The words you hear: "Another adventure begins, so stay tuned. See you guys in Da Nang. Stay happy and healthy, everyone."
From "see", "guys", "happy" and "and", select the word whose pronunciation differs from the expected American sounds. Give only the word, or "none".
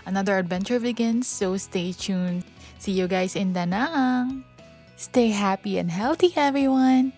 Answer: guys